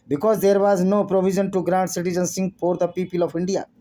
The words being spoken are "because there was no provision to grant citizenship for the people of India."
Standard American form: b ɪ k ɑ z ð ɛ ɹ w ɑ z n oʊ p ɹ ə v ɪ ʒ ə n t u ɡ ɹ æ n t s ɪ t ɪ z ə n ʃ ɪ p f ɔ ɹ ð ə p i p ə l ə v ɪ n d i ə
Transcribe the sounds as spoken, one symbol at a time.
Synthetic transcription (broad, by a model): b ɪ k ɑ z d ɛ ɹ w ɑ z n oʊ p ɹ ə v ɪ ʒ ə n t u ɡ ɹ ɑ n t s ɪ t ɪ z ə n s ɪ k f ɔ ɹ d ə p i p ə l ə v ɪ n d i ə